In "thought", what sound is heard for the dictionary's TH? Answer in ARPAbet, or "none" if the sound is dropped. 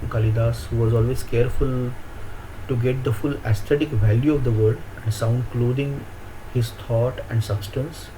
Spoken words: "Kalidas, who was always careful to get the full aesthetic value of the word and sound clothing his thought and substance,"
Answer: T